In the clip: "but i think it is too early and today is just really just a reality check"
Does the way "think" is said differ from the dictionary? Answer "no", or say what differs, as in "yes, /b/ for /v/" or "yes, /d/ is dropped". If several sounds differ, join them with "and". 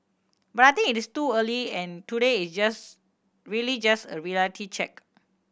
yes, /t/ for /θ/ and /k/ is dropped